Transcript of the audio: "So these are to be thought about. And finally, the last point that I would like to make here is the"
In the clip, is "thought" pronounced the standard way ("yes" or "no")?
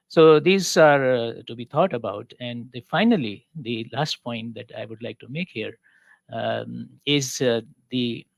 no